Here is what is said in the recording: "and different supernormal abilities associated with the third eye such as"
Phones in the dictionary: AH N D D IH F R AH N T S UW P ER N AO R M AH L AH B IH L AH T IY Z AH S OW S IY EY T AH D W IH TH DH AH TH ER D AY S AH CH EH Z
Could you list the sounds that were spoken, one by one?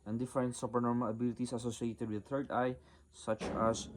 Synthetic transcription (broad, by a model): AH N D D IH F AH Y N S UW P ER N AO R M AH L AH B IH L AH T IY S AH S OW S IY EY T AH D W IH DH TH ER D AY S AH CH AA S